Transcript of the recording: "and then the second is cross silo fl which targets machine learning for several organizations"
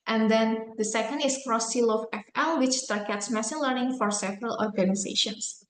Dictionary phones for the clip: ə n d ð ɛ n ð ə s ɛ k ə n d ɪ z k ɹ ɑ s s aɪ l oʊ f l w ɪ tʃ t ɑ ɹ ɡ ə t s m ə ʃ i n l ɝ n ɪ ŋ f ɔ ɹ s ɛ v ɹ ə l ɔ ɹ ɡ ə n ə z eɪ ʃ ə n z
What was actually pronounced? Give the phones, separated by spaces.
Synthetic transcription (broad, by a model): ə n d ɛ n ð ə s ɛ k ə n d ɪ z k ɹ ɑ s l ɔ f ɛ f l w ɪ tʃ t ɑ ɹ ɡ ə t s m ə s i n l ɝ n ɪ ŋ f ɔ ɹ s ɛ v ɹ ə l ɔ ɹ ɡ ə n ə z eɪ ʃ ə n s